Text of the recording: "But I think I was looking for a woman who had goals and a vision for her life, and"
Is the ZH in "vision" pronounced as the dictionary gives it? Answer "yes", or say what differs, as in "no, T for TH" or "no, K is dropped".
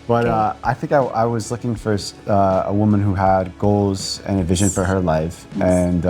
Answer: yes